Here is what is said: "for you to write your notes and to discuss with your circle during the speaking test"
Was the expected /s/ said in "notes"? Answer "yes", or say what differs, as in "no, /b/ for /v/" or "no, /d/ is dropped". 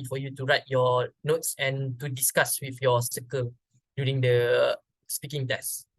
yes